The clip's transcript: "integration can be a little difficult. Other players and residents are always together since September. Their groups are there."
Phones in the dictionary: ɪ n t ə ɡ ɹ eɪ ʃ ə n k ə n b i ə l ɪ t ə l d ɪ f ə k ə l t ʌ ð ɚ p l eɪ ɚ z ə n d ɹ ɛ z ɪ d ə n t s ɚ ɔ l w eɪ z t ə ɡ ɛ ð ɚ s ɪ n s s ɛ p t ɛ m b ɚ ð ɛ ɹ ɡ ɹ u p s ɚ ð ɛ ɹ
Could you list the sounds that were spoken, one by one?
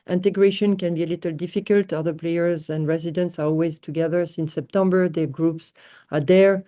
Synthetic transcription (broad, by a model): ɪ n t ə ɡ ɹ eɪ ʃ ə n k ə n b i ə l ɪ t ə l d ɪ f ə k ə l t ʌ ð ɚ p l eɪ ɚ z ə n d ɹ ɛ z ɪ d ə n t s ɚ ɔ l w eɪ z t ə ɡ ɛ ð ɚ s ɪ n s s ɛ p t ɛ m b ɚ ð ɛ ɡ ɹ u p s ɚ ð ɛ ɹ